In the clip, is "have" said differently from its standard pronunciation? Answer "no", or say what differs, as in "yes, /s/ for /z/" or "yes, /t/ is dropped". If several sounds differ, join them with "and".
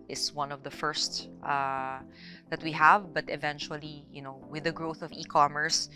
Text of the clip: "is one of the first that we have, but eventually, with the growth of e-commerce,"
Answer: no